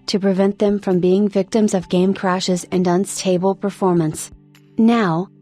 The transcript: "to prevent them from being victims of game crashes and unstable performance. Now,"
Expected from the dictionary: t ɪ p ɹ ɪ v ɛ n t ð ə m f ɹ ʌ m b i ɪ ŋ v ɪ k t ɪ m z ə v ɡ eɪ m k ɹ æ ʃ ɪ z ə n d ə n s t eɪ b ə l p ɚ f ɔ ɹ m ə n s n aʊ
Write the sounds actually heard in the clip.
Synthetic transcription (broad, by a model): t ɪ p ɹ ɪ v ɛ n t ð ə m f ɹ ʌ m b i ɪ ŋ v ɪ k t ɪ m z ə v ɡ eɪ m k ɹ æ ʃ ɪ z ə n d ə n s t eɪ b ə l p ɚ f ɔ ɹ m ə n s n aʊ